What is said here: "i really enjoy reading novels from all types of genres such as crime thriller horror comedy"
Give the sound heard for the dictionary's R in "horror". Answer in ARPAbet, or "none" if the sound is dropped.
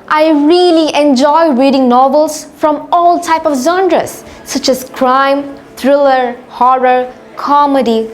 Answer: R